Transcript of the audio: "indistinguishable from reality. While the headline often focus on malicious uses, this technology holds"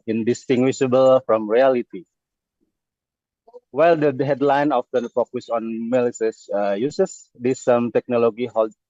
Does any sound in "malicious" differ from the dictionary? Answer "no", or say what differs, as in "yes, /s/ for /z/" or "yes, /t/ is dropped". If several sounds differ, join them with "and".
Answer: yes, /s/ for /ʃ/